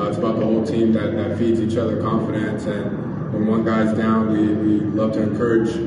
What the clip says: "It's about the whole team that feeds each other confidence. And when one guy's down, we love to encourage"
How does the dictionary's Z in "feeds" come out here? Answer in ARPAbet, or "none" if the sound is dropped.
Z